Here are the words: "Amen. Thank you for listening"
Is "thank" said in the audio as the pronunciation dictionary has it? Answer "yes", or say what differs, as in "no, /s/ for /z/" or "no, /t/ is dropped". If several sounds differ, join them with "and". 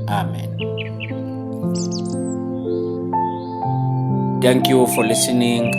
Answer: no, /t/ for /θ/